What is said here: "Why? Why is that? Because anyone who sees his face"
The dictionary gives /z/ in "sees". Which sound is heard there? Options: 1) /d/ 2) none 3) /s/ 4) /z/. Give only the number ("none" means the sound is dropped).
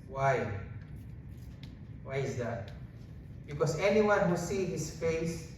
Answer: 2